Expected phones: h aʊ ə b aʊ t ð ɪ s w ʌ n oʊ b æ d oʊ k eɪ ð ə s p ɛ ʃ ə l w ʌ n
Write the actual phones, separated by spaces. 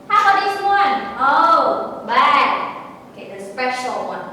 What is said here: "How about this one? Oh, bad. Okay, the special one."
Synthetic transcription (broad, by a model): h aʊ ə aʊ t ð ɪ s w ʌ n oʊ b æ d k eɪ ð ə s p ɛ ʃ l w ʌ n